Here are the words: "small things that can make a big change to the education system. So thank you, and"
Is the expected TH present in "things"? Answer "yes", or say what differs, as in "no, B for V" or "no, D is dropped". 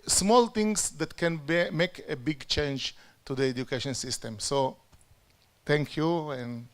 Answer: no, T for TH